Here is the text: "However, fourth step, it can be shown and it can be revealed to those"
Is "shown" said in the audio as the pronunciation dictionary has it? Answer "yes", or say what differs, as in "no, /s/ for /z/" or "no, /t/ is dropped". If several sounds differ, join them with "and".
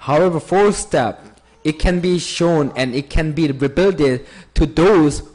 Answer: yes